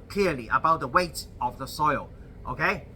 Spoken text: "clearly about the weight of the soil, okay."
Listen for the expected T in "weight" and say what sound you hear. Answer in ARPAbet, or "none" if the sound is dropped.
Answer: T